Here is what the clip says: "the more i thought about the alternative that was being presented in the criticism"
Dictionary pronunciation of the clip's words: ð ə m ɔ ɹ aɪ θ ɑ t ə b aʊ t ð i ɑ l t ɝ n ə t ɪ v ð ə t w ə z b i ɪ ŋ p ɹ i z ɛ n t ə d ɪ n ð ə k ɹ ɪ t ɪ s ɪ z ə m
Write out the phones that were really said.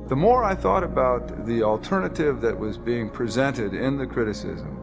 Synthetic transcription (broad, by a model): ð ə m ɔ ɹ aɪ θ ɑ t ə b aʊ t ð i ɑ l t ɝ n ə t ɪ v ð ə t w ə z b i ɪ ŋ p ɹ i z ɛ n t ə d ɪ n ð ə k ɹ ɪ t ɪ s ɪ z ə m